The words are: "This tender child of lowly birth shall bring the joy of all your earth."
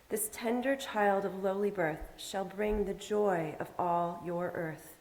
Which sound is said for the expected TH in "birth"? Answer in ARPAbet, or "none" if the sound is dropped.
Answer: TH